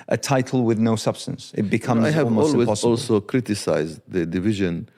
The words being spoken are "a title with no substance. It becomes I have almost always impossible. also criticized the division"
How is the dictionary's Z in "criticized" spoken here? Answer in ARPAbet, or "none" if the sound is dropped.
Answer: Z